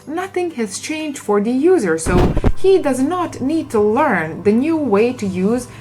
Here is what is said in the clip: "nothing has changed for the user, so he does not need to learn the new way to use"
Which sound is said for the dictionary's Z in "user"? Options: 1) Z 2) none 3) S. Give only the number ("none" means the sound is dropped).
1